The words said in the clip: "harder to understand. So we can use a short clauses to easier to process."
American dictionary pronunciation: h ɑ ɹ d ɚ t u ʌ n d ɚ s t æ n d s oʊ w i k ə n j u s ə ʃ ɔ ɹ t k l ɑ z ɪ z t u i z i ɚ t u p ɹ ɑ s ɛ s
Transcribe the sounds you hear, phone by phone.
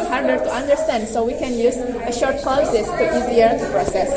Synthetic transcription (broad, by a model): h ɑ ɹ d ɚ t u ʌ n d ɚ s t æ n d s oʊ w i k ə n j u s ə ʃ ɔ ɹ t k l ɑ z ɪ s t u i z i ɚ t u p ɹ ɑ s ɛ s